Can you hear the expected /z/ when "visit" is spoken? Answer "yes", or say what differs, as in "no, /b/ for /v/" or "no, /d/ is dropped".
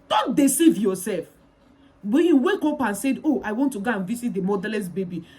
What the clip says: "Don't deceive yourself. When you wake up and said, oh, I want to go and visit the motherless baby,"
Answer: no, /s/ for /z/